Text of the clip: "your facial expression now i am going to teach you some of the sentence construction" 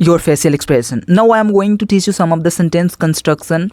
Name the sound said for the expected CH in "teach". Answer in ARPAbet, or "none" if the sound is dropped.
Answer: CH